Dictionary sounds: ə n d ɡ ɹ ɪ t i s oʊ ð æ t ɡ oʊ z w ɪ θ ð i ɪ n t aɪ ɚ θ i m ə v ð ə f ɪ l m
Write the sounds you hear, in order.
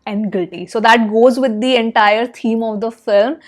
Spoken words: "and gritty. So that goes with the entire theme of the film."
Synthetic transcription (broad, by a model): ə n d ɡ ɪ t i s oʊ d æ t ɡ oʊ z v ɪ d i ɪ n t aɪ ɚ t i m ə v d ə f ɪ l m